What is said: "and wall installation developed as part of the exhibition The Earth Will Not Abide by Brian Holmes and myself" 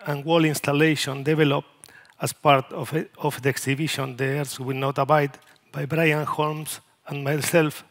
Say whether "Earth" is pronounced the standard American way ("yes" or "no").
no